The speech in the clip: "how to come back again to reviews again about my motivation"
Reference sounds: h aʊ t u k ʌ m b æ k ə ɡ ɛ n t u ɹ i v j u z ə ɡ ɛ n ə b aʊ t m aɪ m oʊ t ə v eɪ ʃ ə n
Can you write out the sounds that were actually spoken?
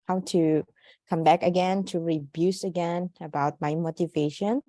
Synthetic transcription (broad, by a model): h aʊ t u k ʌ m b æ k ə ɡ ɛ n t u ɹ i b j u s ə ɡ ɛ n ə b aʊ t m aɪ m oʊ t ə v eɪ ʃ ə n